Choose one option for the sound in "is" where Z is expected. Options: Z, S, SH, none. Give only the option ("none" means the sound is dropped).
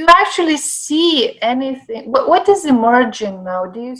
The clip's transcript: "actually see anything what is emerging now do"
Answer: Z